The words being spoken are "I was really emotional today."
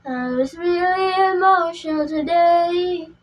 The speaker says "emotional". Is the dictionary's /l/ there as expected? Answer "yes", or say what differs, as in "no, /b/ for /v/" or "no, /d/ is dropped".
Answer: no, /n/ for /l/